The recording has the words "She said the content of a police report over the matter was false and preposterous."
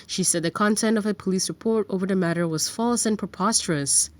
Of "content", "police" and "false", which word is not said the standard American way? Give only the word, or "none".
none